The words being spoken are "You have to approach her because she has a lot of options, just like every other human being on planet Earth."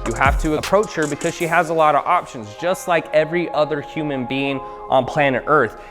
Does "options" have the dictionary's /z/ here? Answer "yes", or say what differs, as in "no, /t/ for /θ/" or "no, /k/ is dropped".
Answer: yes